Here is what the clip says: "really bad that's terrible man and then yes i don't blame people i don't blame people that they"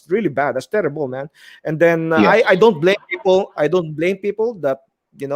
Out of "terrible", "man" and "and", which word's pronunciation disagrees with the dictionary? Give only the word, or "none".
none